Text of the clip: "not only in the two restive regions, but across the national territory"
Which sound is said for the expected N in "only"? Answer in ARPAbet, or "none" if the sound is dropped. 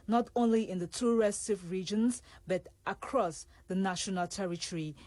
N